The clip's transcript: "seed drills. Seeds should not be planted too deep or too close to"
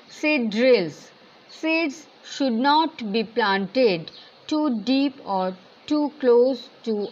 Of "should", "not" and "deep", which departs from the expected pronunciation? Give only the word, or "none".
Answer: none